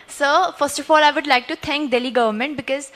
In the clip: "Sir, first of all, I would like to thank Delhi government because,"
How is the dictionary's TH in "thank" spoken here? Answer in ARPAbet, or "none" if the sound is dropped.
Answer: T